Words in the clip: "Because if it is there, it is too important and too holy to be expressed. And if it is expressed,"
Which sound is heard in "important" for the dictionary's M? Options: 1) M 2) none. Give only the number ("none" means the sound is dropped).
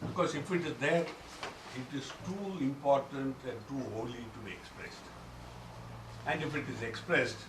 1